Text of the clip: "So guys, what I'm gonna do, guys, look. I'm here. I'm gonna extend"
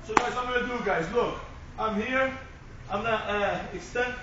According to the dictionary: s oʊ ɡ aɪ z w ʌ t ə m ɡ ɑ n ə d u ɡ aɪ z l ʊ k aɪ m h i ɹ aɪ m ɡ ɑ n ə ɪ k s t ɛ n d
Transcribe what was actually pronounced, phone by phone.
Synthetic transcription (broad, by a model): s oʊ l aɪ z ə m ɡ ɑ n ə d u ɡ aɪ z l ʊ k aɪ m h i ɹ aɪ m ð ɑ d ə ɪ k s t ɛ n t